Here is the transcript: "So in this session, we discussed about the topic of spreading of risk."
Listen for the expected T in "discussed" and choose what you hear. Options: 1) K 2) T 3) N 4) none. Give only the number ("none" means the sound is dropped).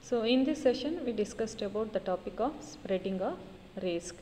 2